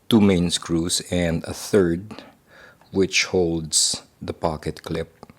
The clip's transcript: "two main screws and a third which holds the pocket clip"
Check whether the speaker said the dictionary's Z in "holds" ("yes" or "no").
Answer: no